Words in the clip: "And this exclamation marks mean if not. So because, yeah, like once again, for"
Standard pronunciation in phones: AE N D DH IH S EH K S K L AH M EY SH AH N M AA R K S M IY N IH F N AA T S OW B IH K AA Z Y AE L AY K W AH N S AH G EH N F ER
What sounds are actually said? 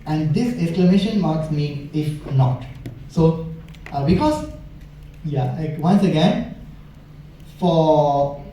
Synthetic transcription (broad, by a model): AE N D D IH S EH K S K L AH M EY SH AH N M AA R K S M IY IH F N AA T S OW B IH K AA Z Y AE L AY K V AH N S AH G EH N F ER